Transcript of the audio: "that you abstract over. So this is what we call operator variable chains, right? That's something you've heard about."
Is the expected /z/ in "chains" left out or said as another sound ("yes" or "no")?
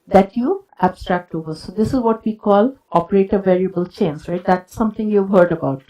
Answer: yes